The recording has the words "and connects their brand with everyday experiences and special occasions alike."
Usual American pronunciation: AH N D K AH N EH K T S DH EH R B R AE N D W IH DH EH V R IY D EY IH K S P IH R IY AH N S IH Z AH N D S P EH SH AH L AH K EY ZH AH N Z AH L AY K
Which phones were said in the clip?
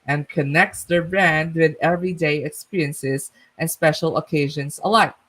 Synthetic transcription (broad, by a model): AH N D K AH N EH K T S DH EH R B R AE N D W IH DH EH V R IY D EY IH K S P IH R IY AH N S IH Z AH N S P EH SH L AH K EY ZH AH N Z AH L AY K